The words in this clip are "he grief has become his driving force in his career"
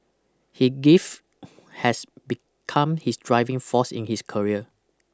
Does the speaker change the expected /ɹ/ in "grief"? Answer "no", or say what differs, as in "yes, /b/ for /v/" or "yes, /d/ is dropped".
yes, /ɹ/ is dropped